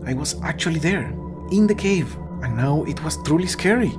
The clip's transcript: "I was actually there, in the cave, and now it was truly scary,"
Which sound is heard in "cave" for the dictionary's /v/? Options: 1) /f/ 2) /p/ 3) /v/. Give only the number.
3